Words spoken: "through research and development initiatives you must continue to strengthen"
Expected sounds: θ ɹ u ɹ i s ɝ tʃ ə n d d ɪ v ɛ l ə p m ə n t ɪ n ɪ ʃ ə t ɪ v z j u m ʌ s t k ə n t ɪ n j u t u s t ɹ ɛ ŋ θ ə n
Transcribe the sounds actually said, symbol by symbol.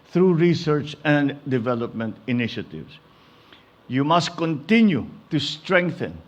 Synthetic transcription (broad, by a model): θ ɹ u ɹ i s ɝ tʃ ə n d d ɪ v ɛ l ə p m ə n t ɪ n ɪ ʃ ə t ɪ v s j u m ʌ s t k ə n t ɪ n j u t u s t ɹ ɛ ŋ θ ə n